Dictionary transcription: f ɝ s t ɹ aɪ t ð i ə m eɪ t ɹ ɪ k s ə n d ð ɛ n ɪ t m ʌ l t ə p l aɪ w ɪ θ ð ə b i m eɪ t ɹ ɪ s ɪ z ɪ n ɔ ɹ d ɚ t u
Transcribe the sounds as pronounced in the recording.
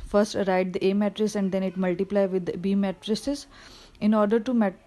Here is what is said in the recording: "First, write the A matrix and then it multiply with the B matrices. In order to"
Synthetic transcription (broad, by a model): f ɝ s t ɹ aɪ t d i ə m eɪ t ɹ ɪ s ə n d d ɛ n ɪ t m ʌ l t ə p l aɪ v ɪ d b i m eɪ t ɹ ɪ s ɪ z ɪ n ɔ ɹ d ɚ t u